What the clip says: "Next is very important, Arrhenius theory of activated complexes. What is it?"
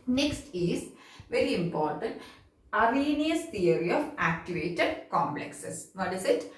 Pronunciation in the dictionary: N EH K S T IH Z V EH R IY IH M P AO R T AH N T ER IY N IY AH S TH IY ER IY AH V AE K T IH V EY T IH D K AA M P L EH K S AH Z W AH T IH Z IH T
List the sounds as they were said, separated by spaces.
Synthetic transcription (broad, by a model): N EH K S T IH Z V EH R IY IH M P AO R T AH N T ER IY N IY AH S T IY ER IY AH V AE K T IH V EY T IH D K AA M P L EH K S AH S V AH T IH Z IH T